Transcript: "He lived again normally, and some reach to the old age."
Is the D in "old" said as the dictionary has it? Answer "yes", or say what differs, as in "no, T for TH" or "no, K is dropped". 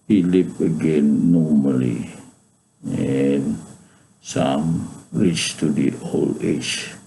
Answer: no, D is dropped